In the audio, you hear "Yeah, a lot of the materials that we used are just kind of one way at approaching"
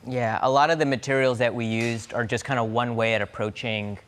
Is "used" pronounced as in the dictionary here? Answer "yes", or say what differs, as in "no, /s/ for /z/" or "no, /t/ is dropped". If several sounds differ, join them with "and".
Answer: yes